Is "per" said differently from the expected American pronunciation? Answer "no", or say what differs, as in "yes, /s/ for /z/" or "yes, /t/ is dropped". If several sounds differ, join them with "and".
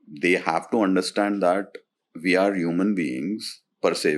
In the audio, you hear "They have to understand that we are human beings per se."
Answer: no